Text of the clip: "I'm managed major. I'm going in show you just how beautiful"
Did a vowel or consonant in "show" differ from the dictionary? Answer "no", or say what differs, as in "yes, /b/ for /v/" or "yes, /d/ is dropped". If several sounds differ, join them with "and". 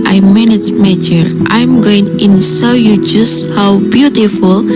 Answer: yes, /s/ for /ʃ/